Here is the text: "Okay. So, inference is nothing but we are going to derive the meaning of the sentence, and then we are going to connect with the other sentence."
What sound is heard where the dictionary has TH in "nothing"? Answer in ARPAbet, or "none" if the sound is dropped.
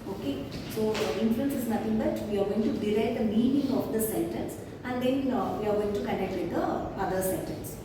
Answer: T